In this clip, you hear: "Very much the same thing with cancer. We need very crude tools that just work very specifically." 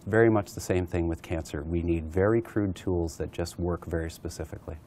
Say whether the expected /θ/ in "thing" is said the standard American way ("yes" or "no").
yes